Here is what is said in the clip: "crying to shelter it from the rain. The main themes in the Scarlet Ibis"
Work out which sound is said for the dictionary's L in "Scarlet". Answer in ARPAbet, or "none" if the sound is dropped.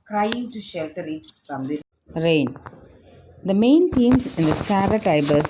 none